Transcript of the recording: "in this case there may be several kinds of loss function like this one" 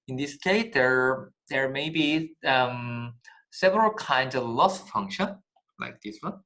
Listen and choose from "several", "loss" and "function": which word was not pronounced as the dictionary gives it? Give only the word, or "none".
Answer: none